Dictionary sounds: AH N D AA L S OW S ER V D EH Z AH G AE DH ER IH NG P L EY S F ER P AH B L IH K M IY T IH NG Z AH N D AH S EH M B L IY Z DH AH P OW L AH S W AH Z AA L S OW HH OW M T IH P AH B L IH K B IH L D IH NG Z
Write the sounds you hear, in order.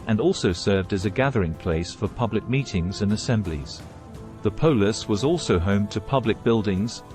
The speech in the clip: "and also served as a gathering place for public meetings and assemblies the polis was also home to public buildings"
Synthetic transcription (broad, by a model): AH N AA L S OW S ER V D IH Z AH G AE DH ER IH NG P L EY S F ER P AH B L IH K M IY T IH NG Z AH N AH S EH M B L IY Z DH AH P OW L AH S W AH Z AA L S OW HH OW M T IH P AH B L IH K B IH L D IH NG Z